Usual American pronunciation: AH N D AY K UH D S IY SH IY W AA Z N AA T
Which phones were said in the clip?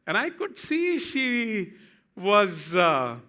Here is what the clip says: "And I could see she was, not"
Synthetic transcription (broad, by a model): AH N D AY K UH D S IY SH IY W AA Z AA